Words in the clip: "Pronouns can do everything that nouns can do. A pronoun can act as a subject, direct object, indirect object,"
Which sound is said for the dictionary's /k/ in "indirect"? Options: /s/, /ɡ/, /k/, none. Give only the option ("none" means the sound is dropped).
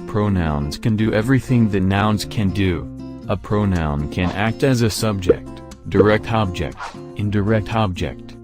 /k/